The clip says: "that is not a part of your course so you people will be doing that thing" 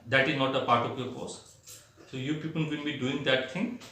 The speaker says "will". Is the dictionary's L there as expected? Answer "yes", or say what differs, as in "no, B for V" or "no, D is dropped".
no, N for L